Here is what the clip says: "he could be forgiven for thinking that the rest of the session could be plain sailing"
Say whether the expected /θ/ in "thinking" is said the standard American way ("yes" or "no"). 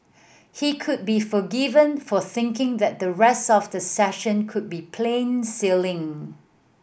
yes